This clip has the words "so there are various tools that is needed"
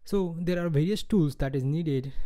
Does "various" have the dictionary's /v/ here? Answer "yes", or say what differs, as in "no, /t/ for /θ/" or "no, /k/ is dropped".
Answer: yes